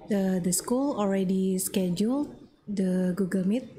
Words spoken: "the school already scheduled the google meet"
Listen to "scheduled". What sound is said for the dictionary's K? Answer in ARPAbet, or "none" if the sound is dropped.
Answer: K